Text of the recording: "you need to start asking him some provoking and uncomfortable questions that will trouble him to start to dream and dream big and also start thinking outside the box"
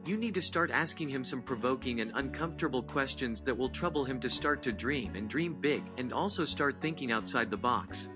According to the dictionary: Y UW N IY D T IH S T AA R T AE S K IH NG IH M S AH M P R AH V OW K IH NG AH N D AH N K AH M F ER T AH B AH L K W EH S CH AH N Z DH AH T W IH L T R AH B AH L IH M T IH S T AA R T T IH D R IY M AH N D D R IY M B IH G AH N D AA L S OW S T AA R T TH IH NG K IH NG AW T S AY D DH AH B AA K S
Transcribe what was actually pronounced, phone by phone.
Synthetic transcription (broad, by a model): Y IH N IY D T IH S T AA R T AE S K IH NG IH M S AH M P R AH V OW K IH NG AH N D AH N K AH M F T AH B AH L K W EH S CH AH N Z DH AH T W IH L T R AH B L IH M T IH S T AA R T T IH D R IY M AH N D D R IY M B IH G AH N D AA L S OW S T AA R T TH IH NG K IH NG AW T S AY D DH AH B AA K S